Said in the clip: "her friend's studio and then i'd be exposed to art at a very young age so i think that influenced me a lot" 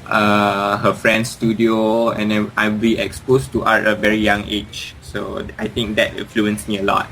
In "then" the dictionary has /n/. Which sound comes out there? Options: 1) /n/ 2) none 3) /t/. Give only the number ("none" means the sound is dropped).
2